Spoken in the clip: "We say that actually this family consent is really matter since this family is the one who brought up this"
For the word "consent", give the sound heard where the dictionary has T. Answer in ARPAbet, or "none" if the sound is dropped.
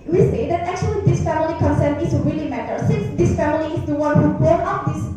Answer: none